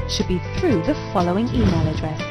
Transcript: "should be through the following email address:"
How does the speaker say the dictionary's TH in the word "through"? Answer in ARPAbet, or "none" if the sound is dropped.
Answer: TH